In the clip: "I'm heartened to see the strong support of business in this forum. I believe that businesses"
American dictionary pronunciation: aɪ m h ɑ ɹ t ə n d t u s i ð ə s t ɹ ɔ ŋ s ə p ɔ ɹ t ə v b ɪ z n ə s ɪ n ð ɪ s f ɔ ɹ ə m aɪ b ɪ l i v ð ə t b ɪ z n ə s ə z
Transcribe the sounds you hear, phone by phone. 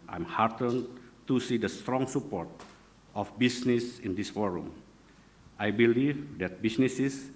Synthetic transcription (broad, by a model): aɪ m h ɑ ɹ t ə n t u s i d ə s t ɹ ɔ ŋ s ə p ɔ ɹ t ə f b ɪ s n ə s ɪ n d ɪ s f ɔ ɹ ə m aɪ b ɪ l i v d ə t b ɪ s n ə s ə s